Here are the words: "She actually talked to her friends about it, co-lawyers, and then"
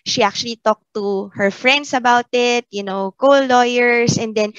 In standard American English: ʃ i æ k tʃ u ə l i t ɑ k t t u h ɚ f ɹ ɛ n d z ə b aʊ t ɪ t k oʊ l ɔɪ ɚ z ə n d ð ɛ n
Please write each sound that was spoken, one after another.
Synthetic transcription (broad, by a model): ʃ i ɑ k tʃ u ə l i t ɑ k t t u h ɚ f ɹ ɛ n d s ə b aʊ t ɪ t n oʊ l ɔɪ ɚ s ə n d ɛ n